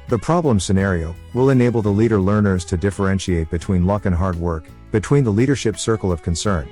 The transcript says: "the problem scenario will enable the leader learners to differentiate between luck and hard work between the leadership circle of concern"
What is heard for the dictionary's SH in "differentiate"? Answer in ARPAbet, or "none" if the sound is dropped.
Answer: SH